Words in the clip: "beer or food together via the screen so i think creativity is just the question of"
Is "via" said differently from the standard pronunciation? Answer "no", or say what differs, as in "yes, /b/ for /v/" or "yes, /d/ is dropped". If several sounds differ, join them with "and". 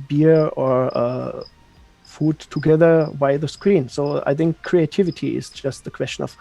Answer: yes, /b/ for /v/